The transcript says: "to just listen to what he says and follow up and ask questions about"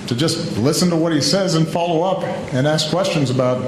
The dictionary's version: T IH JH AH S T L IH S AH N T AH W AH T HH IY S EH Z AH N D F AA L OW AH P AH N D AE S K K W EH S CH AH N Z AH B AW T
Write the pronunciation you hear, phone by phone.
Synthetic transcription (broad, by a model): T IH JH AH S T L IH S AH N T AH W AH T HH IY S EH Z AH N F AA L OW AH P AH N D AE S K K W EH S CH AH N Z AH B AW T